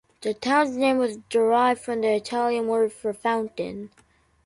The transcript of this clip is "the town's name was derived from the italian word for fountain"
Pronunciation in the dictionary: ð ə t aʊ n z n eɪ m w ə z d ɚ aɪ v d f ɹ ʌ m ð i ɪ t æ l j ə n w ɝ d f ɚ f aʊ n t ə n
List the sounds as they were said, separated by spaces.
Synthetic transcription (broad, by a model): ð ə t aʊ n z n eɪ m w ə z d ɚ aɪ v d f ɹ ʌ m ð i ɪ t æ l j ə n w ɝ d f ɚ f aʊ n t ə n